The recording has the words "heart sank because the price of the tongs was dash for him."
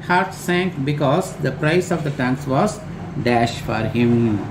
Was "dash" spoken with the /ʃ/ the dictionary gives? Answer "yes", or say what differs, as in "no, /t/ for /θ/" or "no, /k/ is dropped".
yes